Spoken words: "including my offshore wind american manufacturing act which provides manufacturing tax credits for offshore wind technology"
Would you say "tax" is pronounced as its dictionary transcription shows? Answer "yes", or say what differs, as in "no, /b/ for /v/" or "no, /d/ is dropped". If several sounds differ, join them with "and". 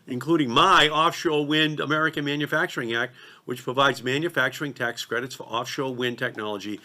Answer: yes